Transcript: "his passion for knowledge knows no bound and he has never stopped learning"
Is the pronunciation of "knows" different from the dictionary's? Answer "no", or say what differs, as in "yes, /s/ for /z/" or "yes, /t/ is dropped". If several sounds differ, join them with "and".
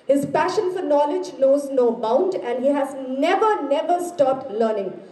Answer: no